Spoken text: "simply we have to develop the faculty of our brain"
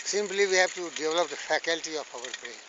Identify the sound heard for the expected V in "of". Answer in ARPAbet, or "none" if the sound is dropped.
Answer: F